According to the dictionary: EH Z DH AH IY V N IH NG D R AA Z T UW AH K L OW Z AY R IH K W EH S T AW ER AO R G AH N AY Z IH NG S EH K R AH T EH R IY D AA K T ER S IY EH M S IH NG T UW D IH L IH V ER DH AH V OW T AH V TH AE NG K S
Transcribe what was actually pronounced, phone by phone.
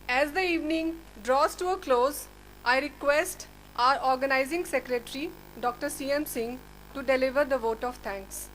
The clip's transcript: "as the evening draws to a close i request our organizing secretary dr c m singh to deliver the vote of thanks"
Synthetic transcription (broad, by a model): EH Z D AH IY V N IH NG D R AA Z T UW AH K L OW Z AY R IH K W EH S T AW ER AO R G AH N AY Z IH NG S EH K R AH T R IY D AA K T ER S IY EH M S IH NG T UW D IH L IH V ER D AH V OW T AH V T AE NG K S